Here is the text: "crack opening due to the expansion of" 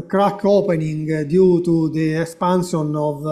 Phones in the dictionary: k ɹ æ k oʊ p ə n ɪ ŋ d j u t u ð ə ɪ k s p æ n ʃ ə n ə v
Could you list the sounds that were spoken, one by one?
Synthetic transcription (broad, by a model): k ɹ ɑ k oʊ p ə n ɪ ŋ d j u t u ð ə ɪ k s p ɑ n s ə n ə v